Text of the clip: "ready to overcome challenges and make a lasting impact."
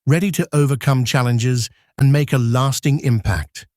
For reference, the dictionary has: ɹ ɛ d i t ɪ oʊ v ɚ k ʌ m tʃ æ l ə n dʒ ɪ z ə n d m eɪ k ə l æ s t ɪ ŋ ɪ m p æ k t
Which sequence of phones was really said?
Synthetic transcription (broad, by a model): ɹ ɛ d i t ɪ oʊ v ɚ k ʌ m tʃ æ l ə n dʒ ɪ z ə n m eɪ k ə l æ s t ɪ ŋ ɪ m p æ k t